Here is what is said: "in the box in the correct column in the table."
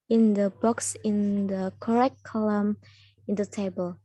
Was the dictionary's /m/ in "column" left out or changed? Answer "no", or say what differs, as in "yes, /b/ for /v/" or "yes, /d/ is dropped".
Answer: no